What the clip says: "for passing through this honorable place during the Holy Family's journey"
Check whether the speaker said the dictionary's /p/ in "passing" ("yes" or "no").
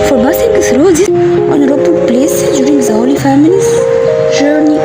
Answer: no